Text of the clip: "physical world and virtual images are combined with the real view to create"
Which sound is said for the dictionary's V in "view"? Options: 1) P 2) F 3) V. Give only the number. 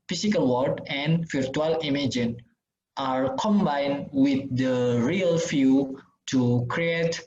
2